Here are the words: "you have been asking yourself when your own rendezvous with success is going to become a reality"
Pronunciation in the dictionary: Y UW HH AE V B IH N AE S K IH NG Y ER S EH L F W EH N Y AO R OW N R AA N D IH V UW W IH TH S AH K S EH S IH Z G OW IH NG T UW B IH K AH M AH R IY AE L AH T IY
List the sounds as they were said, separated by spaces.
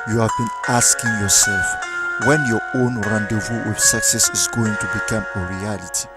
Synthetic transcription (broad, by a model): Y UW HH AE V B IH N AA S K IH NG Y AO S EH L F W EH N Y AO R OW N R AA N D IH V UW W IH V S AH K S EH S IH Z G OW IH NG T UW B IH K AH M AH R IY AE L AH T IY